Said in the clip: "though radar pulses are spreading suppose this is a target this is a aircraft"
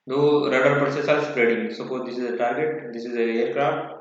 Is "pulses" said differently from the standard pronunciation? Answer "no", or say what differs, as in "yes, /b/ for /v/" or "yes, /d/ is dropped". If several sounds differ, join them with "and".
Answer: yes, /s/ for /z/